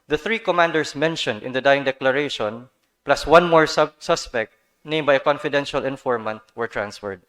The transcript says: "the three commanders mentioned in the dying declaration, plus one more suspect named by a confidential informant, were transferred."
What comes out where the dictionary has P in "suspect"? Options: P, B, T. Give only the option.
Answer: P